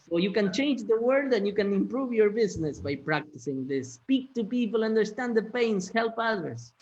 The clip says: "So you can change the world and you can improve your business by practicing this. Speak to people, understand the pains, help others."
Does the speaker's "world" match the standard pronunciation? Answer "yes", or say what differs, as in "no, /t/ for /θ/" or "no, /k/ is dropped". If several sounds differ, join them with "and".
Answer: no, /l/ is dropped